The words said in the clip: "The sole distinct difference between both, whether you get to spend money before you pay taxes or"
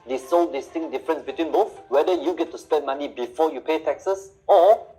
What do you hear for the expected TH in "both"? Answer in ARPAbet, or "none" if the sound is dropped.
F